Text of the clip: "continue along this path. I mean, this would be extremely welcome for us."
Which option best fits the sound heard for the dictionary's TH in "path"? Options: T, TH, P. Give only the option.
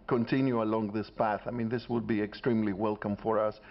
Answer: TH